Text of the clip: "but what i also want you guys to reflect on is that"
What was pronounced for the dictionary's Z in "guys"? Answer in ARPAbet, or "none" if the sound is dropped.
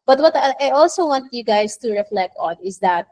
S